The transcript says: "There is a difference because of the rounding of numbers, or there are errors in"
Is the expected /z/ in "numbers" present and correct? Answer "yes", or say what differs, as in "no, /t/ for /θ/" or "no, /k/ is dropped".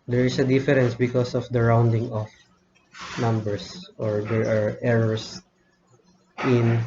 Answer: no, /s/ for /z/